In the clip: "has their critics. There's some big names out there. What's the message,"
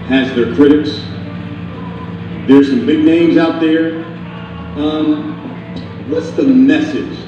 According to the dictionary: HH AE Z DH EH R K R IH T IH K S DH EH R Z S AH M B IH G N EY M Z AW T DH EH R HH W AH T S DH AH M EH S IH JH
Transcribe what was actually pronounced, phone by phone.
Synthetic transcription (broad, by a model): HH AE Z DH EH R K R IH T IH K S DH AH R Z S AH M B IH G N EY M Z AW T DH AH R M W AH T S DH AH M EH S IH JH